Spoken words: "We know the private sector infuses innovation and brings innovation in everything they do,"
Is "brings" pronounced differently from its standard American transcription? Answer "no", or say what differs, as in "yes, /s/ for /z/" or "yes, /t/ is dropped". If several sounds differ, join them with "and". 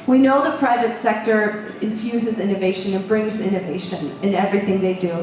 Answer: no